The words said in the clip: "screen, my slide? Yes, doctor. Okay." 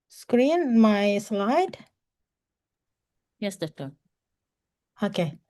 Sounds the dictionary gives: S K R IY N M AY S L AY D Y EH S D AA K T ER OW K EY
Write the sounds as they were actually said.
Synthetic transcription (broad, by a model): S K R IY N M AY S L AY D Y EH S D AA T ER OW K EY